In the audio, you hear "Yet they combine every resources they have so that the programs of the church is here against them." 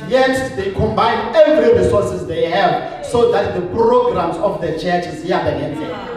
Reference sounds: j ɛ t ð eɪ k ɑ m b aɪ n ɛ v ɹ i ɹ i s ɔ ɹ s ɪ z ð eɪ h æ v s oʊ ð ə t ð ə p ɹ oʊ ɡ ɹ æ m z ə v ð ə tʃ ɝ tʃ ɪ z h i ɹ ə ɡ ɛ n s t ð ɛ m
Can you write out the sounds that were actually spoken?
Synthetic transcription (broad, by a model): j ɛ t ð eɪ k ɑ m b aɪ n ɛ v ɹ i ɹ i s ɔ s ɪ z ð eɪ h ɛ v s oʊ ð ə t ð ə p ɹ oʊ ɡ ɹ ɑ m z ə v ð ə tʃ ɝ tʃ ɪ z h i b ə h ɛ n t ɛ